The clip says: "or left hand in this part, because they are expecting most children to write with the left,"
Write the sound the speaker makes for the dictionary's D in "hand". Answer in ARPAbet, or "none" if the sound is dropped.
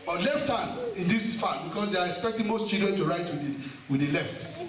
none